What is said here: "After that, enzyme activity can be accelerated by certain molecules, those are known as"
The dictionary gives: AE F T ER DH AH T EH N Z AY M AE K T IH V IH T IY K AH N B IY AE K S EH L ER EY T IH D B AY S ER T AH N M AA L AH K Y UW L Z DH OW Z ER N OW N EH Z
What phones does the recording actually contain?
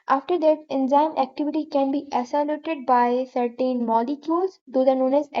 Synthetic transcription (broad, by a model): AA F T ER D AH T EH N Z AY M AE K T IH V IH T IY K AH N B IY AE S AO L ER T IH D B AY S ER T AH N M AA L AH K Y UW L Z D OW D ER N OW N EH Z